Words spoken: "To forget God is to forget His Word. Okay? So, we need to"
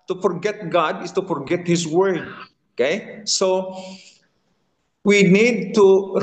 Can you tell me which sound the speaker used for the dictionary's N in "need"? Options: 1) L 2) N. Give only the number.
2